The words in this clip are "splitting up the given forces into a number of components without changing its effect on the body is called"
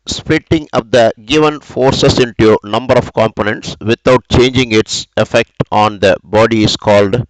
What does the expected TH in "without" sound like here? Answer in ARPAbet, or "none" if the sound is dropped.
T